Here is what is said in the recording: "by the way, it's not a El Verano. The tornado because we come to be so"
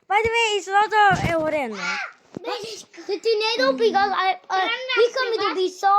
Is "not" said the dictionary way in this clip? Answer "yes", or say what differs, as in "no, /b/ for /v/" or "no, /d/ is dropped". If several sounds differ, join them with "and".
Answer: no, /l/ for /n/